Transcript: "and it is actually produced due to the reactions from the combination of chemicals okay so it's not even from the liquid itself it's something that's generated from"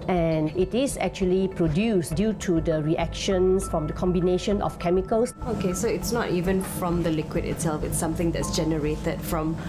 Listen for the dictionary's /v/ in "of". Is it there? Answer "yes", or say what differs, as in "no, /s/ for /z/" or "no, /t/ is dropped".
no, /f/ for /v/